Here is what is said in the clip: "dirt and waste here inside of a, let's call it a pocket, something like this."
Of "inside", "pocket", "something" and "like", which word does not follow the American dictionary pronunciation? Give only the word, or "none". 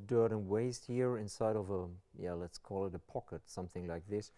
none